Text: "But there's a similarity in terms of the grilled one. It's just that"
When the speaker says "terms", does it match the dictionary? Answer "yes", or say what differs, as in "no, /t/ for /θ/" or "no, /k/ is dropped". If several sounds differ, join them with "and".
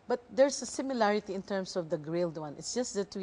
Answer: no, /s/ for /z/